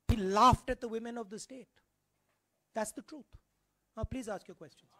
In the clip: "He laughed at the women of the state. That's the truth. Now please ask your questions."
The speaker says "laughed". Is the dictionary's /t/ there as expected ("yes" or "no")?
yes